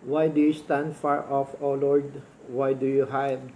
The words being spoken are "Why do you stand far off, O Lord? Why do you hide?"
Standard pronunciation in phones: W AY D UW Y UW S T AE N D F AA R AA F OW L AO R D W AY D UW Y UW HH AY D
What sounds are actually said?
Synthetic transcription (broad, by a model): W AY D UW Y UW S T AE N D F AA R AA F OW L AO R D W AY D UW Y UW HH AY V